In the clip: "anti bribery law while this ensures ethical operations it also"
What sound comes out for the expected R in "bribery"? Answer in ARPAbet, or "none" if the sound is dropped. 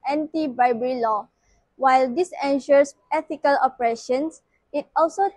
none